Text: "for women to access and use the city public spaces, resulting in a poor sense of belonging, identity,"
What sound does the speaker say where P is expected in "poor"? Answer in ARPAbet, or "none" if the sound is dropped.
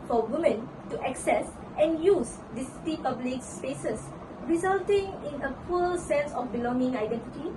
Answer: F